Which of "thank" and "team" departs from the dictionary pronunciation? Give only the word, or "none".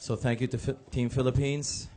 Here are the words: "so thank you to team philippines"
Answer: none